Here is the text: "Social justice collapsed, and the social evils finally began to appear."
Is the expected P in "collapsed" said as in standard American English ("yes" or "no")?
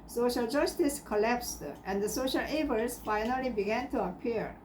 yes